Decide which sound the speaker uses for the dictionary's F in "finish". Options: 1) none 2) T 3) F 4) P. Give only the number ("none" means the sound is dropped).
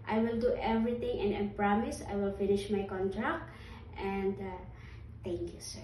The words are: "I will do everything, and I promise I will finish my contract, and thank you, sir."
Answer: 3